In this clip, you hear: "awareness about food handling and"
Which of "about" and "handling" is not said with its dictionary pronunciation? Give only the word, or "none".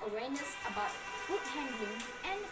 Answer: handling